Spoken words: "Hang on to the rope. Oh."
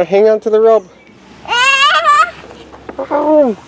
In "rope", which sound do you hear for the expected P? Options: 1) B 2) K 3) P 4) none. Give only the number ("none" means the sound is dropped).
1